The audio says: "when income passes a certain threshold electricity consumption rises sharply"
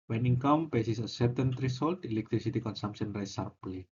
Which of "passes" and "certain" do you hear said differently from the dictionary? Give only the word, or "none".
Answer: passes